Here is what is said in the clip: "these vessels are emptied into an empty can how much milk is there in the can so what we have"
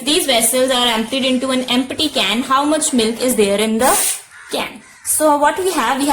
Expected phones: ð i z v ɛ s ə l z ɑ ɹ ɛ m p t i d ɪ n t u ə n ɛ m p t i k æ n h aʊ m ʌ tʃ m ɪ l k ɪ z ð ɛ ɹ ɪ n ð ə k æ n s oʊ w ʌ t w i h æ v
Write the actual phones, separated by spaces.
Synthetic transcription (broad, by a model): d i z v ɛ s ə l z ɑ ɹ ɛ m p t i d ɪ n t u ə n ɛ m p t i k æ n h aʊ m ʌ tʃ m ɪ l k ɪ z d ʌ ɹ ɪ n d ə k æ n s oʊ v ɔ t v i h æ v